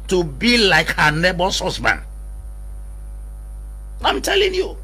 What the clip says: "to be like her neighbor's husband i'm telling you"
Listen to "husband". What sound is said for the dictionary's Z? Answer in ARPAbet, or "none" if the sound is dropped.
S